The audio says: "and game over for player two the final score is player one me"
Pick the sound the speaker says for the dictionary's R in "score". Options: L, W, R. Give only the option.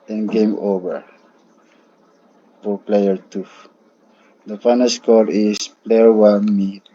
L